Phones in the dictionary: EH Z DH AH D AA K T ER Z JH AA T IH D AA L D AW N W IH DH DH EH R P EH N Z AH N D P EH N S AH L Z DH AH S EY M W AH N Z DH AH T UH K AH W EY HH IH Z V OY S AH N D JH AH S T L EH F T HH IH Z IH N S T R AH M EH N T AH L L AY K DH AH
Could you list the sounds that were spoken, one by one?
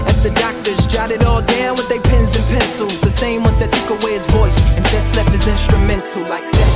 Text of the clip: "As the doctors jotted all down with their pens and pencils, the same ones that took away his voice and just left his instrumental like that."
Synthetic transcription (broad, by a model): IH Z DH AH D AA K T ER Z JH AA T IH D AA L D AW N W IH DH DH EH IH P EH N Z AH N P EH N S L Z DH AH S EY M W AH N Z DH AH T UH K AH W EY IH Z V OY S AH N JH AH S T L EH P HH IH Z IH N S T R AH M EH N T L L AY K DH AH